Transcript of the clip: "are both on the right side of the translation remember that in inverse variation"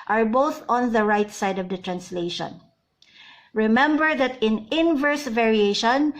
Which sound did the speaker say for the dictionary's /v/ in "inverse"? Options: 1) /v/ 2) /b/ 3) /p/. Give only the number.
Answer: 1